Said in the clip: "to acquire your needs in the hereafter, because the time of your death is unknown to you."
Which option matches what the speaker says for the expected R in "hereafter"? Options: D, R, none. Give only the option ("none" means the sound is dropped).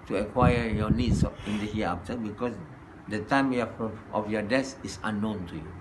none